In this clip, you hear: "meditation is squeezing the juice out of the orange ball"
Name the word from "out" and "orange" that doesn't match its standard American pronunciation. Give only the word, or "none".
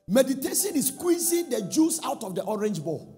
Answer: none